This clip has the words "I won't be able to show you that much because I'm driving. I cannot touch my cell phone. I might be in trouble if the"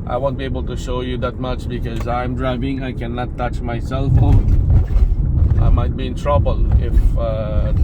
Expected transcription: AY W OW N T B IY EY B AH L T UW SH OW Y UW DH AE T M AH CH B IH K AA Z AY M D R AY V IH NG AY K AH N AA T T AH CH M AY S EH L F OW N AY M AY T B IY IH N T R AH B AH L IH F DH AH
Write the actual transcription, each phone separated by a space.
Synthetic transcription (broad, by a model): AY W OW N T B IY EY B AH L T UW SH OW Y UW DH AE T M AH CH B IH K AA Z AY M D R AY V IH NG AY K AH N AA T T AH CH M AY S EH L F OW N AY M AY T B IY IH N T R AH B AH L IH F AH